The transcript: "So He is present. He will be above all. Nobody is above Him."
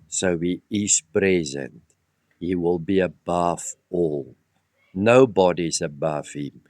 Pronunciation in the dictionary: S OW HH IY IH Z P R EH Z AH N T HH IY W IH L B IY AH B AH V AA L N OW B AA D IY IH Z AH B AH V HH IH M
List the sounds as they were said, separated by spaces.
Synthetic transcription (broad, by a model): S OW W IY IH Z P R EH Z AH N T HH IY W IH L B IY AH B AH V AA L N OW B AA D IY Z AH B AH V HH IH M